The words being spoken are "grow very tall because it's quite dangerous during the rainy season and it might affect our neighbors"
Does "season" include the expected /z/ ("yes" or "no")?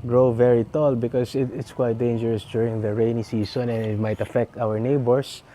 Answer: no